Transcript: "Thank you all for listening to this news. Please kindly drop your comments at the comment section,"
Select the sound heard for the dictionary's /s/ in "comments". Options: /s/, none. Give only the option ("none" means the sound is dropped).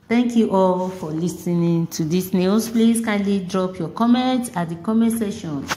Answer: none